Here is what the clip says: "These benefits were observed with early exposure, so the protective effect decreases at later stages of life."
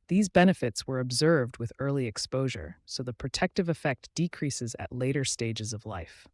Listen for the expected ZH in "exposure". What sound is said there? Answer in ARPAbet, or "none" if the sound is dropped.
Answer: ZH